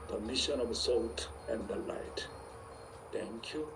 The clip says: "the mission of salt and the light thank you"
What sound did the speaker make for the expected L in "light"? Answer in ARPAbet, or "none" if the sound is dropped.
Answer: L